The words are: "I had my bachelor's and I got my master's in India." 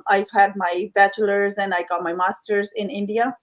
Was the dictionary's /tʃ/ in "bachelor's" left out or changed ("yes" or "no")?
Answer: no